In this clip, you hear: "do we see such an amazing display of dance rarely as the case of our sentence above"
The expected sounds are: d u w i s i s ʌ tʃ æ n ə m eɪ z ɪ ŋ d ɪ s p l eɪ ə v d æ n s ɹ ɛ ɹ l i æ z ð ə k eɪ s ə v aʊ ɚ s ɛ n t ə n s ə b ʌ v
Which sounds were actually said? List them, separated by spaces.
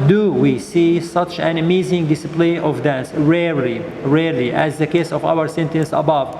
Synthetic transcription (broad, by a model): d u w i s i s ʌ tʃ æ n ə m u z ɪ ŋ d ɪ s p l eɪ ə v d æ n s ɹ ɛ ɹ l i æ z ð ə k eɪ s ə v aʊ ɚ s ɛ n t ə n s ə b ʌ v